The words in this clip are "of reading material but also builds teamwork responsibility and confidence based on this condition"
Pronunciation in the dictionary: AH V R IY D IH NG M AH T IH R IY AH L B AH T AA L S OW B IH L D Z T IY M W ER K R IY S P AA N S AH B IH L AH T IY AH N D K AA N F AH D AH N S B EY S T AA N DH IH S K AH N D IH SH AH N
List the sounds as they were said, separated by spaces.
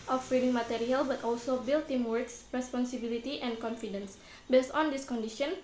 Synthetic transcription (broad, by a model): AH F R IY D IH NG M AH T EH R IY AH L B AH T AA L S OW B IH L T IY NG W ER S R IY S P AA N S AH B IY L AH T IY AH N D K AA N F AH D AH N S B EY S T AA N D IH S K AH N D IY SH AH N